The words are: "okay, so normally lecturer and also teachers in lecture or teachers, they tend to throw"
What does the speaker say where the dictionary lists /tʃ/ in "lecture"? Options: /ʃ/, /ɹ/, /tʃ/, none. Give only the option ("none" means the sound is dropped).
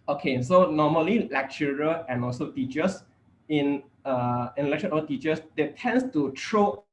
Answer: /ʃ/